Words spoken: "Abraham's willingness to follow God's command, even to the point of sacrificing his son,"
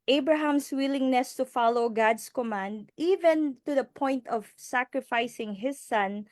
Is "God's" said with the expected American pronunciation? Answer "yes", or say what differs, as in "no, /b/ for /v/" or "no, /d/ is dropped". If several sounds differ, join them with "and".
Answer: no, /s/ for /z/